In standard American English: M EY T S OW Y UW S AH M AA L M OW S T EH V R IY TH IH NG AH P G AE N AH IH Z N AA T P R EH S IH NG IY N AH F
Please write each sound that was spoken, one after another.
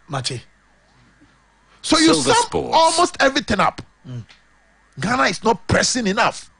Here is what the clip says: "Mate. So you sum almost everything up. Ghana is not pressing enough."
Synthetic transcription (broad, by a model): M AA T S OW Y UW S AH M AA L M OW S T EH V R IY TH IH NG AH P G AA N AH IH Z N AA T P R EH S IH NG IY N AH F